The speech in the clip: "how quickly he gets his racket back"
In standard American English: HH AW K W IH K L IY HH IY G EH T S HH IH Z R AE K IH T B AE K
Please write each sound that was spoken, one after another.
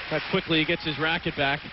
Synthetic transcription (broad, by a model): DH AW K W IH K L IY IY G EH T S HH IH Z R AE K IH T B AE K